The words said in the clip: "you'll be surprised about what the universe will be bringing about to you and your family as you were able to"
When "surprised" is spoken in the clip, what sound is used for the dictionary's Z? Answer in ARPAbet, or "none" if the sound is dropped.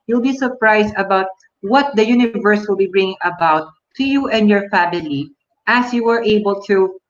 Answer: S